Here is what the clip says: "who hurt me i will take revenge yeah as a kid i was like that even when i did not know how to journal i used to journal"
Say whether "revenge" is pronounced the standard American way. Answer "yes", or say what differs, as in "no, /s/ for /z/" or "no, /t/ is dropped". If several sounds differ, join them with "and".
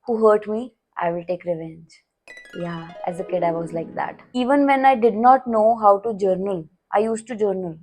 yes